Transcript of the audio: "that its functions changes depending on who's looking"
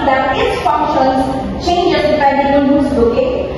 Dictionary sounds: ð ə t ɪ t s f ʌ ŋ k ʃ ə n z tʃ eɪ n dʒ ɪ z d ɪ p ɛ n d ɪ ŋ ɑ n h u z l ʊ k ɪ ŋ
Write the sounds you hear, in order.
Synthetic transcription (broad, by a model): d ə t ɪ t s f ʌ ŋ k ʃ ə n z tʃ eɪ n dʒ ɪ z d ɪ ɪ d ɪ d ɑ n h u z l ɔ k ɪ